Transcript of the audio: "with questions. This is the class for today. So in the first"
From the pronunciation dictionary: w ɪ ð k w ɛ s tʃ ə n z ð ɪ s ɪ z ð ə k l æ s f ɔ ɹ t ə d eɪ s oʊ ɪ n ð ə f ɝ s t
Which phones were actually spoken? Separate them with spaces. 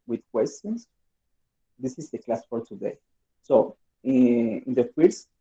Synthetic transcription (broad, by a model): w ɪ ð k w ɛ s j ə n s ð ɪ s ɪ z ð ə k l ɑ s f ɔ ɹ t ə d eɪ s oʊ ɪ n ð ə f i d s